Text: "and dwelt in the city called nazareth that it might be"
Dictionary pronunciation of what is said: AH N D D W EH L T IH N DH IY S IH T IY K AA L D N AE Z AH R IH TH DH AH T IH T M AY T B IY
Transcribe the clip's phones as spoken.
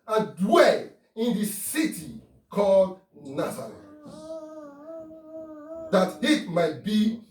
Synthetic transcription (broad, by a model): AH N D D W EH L IH N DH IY S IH T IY K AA L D N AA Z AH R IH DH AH T IH T M AY T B IY